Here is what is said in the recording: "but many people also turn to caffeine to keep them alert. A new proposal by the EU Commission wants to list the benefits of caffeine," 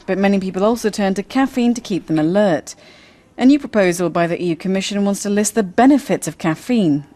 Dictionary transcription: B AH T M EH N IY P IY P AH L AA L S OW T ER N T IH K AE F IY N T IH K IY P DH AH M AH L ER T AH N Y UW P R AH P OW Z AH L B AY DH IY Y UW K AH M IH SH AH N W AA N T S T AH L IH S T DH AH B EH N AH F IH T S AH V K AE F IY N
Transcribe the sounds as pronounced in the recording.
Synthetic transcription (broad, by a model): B AH T M EH N IY P IY P AH L AA L S OW T ER N T IH K AE F IY N T IH K IY P DH AH M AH L ER T AH N Y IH P R AH P OW Z AH L B AY DH IY Y UW K AH M IH SH AH N W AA N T S T AH L IH S T DH AH B EH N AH F IH T S AH V K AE F IY N